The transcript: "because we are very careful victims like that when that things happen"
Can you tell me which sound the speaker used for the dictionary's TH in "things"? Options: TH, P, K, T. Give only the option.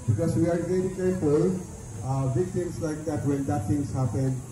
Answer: T